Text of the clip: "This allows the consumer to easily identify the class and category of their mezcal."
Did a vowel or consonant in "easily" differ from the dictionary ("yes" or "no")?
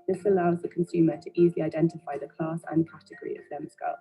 no